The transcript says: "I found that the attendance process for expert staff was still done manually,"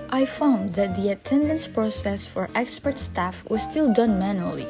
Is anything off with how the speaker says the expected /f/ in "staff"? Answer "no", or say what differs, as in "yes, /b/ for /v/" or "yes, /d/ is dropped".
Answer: no